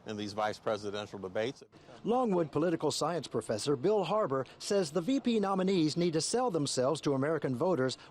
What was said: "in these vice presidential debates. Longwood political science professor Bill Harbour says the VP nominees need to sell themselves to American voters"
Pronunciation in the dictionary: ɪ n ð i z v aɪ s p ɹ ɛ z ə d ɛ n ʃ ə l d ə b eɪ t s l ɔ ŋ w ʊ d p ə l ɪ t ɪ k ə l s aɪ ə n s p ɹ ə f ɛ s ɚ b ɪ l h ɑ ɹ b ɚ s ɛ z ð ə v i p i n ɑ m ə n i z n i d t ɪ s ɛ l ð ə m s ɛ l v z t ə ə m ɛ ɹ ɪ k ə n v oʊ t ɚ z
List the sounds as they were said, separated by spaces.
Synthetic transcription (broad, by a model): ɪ n ð i z v aɪ s p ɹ ɛ z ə d ɛ n ʃ l d ə b eɪ t s l ɔ ŋ w ʊ d p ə l ɪ t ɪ k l s aɪ ə n s p ɹ ə f ɛ s ɚ b ɪ l h ɑ ɹ b ɚ s ɛ z ð ə v i p i n ɑ m ə n i z n i d t ɪ s ɛ l ð ə m s ɛ l v z t ə ə m ɛ ɹ ɪ k ə n v oʊ t ɚ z